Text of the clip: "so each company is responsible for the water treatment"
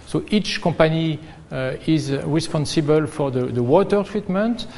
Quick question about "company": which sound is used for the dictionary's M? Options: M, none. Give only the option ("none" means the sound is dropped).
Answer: none